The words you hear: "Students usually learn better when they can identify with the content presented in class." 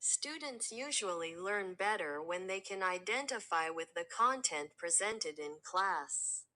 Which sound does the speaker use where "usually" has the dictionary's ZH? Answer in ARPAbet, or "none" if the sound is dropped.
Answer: ZH